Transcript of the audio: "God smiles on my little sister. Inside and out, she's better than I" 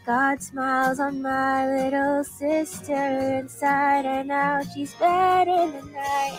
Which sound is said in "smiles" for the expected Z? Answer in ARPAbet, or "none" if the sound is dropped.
Z